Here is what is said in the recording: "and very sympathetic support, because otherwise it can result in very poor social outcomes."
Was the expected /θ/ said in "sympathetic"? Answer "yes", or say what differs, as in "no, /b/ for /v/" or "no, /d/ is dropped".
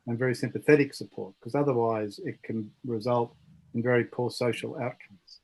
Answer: yes